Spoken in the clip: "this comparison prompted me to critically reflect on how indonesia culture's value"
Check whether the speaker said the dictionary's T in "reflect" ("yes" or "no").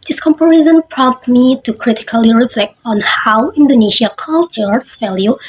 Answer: yes